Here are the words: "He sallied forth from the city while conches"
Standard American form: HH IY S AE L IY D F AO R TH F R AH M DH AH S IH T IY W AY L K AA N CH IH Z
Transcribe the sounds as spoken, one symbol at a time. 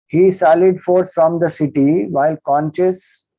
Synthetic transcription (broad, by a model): HH IY S AE L IY D F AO R S F R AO M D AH S IH T IY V AY L K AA N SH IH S